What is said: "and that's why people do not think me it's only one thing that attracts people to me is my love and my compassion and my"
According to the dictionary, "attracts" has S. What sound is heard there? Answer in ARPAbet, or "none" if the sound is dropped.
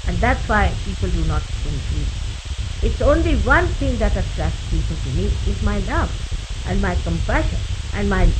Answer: none